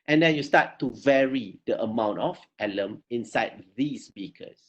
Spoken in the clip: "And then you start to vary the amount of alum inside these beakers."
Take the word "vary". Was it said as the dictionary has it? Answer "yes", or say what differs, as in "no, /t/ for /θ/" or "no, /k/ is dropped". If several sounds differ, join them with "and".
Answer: yes